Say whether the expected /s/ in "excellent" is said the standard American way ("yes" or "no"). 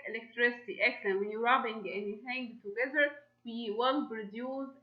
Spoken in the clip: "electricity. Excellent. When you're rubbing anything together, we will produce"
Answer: no